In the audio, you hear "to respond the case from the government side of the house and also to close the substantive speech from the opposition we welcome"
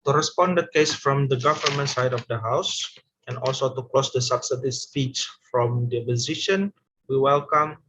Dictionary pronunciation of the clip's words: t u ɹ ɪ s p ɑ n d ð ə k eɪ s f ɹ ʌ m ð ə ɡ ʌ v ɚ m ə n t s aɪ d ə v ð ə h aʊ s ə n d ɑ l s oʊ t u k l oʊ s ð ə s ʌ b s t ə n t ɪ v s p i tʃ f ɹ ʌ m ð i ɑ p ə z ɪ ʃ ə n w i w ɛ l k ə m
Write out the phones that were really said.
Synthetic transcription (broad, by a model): t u ɹ ɪ s p ɑ n d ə k eɪ s f ɹ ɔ m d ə ɡ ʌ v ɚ m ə n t s aɪ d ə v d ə h aʊ s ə n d ɑ l s oʊ t u k l oʊ s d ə s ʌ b s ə t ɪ s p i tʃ f ɹ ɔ m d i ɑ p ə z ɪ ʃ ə n w i w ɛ l k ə m